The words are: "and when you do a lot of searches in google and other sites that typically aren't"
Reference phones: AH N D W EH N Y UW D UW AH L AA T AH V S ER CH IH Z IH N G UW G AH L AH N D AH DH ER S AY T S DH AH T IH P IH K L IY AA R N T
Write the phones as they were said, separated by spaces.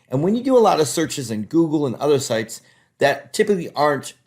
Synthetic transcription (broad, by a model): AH N W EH N Y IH D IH AH L AA T AH V S ER CH IH Z IH N G UW G L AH N AH DH ER S AY T S DH AH T IH P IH K L IY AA R N T